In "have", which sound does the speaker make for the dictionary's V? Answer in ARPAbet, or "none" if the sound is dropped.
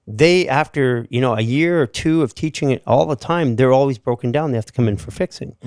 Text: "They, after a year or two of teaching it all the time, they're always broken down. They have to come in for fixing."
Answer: F